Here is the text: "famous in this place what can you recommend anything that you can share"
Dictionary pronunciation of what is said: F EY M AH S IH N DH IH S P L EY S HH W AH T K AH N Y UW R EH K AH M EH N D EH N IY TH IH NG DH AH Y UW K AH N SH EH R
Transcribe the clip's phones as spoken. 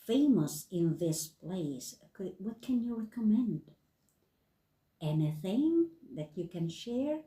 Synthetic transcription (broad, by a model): F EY M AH S IH N DH IH S P L EY S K W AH T K AH N Y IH R EH K AH M EH N D EH N IY TH IH NG DH AH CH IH K AH N SH EH R